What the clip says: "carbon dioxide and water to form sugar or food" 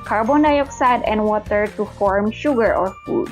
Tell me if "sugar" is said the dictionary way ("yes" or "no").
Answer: yes